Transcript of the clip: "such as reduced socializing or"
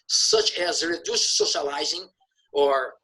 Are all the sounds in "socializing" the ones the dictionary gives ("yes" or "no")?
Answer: yes